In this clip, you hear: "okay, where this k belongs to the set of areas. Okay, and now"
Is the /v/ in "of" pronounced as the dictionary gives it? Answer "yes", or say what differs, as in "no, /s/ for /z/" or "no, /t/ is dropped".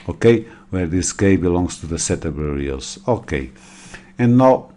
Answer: no, /b/ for /v/